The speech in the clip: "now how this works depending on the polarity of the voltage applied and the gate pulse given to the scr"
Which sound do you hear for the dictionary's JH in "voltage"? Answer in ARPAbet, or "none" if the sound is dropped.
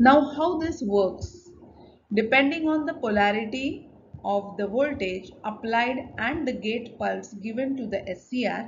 JH